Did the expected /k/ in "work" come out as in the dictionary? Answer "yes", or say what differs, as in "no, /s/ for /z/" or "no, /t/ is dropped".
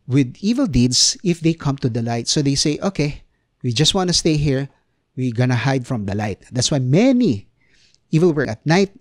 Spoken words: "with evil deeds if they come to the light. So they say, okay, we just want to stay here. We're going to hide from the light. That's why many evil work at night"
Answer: no, /k/ is dropped